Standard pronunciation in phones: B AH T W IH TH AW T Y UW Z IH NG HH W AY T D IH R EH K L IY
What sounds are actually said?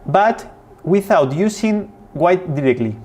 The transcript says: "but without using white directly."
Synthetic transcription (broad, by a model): B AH T W IH TH AW T Y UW S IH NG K W AY T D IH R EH K L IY